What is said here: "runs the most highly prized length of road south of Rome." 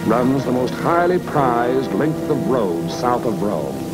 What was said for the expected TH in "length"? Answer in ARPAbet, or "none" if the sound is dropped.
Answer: TH